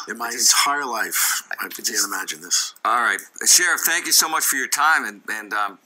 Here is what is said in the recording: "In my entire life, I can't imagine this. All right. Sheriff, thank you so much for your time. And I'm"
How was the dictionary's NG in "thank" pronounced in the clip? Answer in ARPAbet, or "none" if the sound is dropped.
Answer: NG